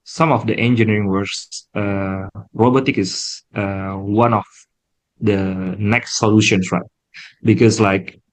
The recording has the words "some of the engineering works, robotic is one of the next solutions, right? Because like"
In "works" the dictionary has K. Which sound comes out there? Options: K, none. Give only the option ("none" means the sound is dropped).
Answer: none